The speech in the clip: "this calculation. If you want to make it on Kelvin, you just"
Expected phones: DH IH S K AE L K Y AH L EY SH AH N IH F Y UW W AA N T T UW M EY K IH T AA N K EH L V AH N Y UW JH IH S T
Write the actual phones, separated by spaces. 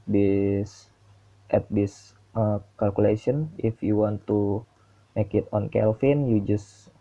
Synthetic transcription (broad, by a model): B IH S K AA L K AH L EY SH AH N IH F Y UW W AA N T T UW M EY K IH T AA N K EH L F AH N Y UW JH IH S